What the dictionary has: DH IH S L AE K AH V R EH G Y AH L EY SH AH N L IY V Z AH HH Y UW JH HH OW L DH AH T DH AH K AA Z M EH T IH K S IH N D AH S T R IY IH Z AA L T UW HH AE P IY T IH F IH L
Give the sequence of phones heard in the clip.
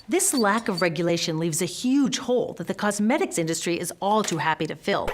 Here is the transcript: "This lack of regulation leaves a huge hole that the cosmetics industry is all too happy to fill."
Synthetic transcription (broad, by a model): DH IH S L AE K AH V R EH G Y AH L EY SH AH N L IY V Z AH HH Y UW JH HH OW L DH AH T DH AH K AA Z M EH T IH K S IH N D AH S T R IY IH Z AA L T UW HH AE P IY T IH F IH L